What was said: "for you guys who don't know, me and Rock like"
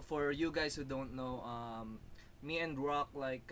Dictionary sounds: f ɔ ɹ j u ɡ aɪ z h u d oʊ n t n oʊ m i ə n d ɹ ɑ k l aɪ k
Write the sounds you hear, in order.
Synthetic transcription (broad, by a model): f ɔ ɹ j u ɡ aɪ s h u d oʊ n t n oʊ m i ə n d ɹ ɑ k l aɪ k